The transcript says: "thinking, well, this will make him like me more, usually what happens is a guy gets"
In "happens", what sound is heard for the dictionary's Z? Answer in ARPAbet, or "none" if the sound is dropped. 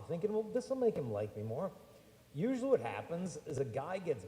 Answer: Z